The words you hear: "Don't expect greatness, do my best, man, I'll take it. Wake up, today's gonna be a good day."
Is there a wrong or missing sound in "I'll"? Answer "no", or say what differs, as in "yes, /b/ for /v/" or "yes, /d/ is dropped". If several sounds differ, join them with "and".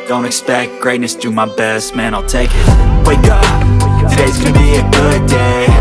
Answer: no